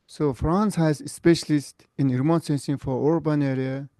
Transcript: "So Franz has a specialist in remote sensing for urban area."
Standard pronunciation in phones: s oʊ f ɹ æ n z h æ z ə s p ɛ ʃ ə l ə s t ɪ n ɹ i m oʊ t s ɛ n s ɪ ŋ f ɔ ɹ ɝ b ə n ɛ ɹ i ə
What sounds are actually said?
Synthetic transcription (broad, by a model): s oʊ f ɹ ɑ n s h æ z ə s p ɛ ʃ ə l ə s t ɪ n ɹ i m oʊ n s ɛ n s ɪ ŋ f ɔ ɹ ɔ b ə n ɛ ɹ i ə